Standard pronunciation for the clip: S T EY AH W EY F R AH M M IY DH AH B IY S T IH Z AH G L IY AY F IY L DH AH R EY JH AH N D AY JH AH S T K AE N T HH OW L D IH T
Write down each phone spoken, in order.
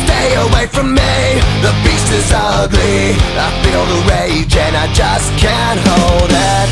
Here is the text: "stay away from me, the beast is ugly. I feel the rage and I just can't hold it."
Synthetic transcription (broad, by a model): S T EY AH W EY F R AH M M IY DH AH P IY S IH Z AH G L IY AY F IY L DH AH R EY JH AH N AY JH AH S K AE N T HH OW L D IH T